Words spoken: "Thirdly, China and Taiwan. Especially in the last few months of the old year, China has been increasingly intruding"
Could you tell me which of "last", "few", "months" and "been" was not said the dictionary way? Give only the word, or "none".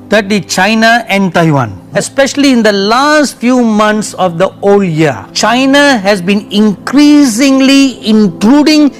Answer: months